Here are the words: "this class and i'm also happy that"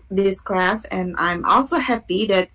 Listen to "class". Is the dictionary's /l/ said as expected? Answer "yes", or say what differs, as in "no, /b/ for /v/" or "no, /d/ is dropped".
yes